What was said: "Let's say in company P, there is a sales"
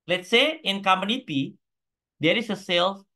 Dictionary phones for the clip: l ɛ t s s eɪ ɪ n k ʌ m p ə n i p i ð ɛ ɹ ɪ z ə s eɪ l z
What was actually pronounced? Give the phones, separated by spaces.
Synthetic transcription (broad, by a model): l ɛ t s s eɪ ɪ n k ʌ m ə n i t i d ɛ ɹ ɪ s ə s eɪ l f